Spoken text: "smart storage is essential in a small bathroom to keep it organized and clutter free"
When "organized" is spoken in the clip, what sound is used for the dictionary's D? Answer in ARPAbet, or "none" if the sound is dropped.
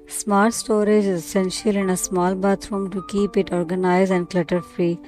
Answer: none